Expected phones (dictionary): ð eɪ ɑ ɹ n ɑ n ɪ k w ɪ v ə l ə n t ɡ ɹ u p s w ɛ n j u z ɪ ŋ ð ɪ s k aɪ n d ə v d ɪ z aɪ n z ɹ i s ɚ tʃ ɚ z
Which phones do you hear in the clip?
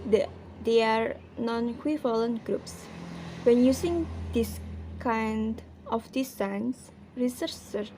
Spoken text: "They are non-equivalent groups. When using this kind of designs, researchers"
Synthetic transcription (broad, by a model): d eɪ ɑ ɹ n ɑ n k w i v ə l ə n ɡ ɹ u p s w ɛ n j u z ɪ ŋ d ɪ s k aɪ n d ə f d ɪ s aɪ n s ɹ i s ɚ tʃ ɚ